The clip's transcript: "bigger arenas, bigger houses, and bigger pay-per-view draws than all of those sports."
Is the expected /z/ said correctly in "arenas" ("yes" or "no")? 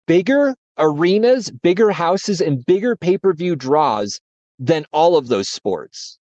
yes